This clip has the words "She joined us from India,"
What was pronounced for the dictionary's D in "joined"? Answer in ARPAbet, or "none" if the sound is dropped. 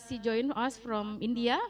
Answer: none